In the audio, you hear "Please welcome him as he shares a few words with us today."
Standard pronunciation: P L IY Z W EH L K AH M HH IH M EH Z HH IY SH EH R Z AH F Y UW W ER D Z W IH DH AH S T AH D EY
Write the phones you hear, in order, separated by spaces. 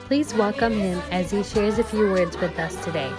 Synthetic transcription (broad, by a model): P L IY Z W EH L K AH M HH IH M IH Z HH IY SH EH R Z AH F Y UW W ER D Z W IH DH AH S T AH D EY